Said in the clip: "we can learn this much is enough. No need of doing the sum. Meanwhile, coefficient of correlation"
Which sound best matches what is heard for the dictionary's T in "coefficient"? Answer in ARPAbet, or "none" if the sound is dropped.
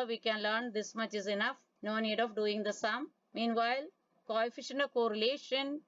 none